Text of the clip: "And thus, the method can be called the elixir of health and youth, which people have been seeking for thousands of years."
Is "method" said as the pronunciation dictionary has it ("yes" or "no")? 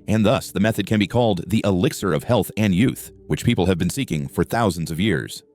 yes